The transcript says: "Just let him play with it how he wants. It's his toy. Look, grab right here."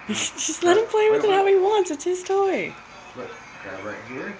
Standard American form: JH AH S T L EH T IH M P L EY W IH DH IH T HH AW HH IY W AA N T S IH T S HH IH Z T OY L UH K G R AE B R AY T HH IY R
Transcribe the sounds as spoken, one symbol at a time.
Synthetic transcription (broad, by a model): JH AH S T L EH T IH M P L EY W IH DH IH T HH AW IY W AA N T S IH T S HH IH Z T OY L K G AE R AY T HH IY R